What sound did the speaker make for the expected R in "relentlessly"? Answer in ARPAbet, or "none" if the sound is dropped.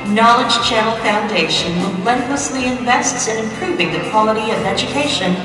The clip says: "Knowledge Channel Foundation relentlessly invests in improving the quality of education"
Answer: W